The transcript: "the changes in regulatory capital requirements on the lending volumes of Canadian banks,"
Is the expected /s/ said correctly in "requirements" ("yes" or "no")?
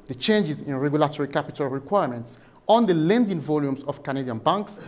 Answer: yes